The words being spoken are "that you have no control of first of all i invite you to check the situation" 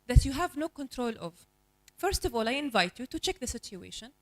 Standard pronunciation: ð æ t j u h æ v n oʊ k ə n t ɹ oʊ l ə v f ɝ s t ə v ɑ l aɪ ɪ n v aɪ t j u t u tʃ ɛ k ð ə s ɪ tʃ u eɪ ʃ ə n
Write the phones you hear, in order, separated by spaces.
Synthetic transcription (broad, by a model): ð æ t j u h æ v n oʊ k ə n t ɹ oʊ l ə v f ɝ s t ə v ɑ l aɪ ɪ n v aɪ t j u t u tʃ ɛ k ð ə s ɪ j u eɪ ʃ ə n